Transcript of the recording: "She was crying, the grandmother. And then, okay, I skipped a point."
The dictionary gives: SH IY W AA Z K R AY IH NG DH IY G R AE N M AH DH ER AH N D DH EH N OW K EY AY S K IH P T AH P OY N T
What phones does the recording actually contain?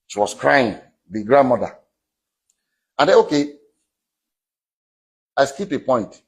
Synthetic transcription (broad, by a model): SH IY W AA S K R AY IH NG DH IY G R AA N M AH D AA AH N D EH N OW K EY AY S K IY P AH P OY N T